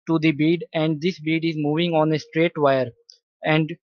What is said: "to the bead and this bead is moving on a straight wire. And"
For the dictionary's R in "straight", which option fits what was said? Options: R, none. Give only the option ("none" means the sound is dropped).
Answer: R